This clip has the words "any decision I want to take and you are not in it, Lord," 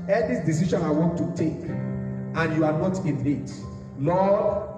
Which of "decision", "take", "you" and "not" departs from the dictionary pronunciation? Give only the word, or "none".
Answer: decision